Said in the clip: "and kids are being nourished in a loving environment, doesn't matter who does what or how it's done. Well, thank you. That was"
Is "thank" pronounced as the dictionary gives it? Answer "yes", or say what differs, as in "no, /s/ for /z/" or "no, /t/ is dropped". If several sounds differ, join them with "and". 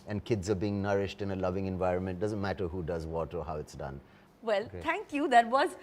no, /t/ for /θ/